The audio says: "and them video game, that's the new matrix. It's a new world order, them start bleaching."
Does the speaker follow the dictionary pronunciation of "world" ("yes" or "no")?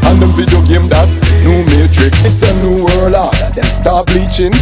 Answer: no